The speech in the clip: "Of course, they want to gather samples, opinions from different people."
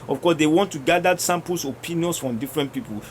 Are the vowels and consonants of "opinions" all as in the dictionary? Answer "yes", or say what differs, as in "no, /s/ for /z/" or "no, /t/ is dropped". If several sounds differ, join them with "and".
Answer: no, /s/ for /z/